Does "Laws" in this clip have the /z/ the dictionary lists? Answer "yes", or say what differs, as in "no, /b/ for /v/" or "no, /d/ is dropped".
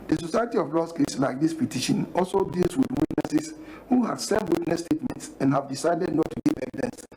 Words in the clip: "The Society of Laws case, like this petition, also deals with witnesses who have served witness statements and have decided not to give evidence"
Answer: no, /s/ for /z/